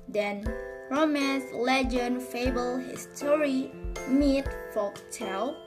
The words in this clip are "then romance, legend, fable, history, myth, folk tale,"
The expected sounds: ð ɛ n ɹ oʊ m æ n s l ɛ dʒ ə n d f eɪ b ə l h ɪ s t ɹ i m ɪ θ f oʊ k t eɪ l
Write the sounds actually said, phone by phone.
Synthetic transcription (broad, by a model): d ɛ n ɹ oʊ m æ n s l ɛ dʒ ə n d f eɪ b ə l h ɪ s t ɹ i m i t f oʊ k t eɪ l